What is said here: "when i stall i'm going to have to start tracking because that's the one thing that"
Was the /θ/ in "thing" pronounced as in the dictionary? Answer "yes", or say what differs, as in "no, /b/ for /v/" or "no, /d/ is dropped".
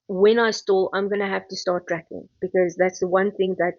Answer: yes